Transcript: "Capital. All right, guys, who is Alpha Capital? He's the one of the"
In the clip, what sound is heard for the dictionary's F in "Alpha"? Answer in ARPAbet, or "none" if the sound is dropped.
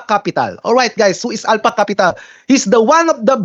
P